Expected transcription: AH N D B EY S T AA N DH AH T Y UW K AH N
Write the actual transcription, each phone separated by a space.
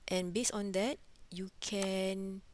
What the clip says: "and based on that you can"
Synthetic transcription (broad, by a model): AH N B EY S AA N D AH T Y UW K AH N